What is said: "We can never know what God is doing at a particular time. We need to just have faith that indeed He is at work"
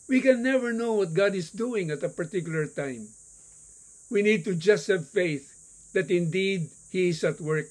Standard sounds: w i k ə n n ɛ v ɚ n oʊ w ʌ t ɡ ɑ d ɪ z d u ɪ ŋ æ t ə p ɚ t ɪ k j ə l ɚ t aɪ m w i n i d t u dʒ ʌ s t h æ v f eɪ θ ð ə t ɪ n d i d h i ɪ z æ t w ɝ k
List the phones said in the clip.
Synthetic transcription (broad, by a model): w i k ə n n ɛ v ɚ n oʊ w ʌ t ɡ ɑ d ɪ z d u ɪ ŋ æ t ə p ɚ t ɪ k j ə l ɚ t aɪ m w i n i d t u dʒ ʌ s t h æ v f eɪ θ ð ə t ɪ n d i d h i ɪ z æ t w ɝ k